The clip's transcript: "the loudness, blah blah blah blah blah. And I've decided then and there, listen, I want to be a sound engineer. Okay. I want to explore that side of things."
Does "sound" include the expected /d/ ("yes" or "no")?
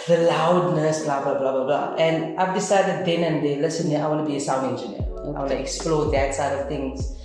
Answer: no